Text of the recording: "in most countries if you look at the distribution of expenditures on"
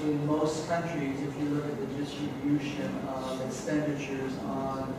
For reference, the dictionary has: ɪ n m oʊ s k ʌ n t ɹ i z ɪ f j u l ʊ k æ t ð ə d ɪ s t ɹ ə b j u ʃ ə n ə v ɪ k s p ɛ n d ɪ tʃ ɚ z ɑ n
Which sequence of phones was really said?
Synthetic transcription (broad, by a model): ɪ n m oʊ s k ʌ n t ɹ i z ɪ f j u l ʊ k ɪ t ð ə d ɪ s t ɹ ə b j u ʃ ə n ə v ɪ k s p ɛ n d ɪ tʃ ɚ z n